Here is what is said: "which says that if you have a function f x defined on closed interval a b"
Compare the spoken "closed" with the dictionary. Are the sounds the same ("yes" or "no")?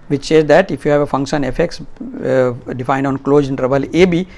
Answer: no